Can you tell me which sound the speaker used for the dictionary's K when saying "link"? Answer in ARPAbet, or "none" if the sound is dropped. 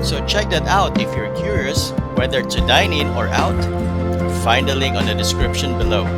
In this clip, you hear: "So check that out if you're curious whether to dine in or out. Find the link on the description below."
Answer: none